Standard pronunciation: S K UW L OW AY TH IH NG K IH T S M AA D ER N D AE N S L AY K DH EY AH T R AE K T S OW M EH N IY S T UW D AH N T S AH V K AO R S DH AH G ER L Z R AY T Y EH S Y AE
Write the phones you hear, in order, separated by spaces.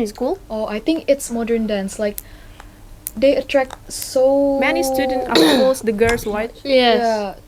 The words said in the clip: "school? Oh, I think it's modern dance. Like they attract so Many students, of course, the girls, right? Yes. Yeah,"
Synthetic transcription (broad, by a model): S K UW L OW AY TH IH NG K IH T S M AA D ER N D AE N S L AY K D EY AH T R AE K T S OW M EH N IY S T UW D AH N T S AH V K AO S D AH G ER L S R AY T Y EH Y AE